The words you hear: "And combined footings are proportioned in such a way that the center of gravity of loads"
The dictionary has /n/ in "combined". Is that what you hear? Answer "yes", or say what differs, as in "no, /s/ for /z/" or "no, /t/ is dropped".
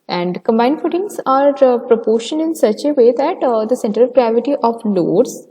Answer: yes